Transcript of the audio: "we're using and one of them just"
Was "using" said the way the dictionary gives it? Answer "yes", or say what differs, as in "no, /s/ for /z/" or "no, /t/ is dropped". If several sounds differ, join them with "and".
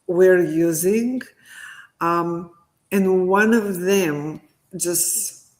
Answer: yes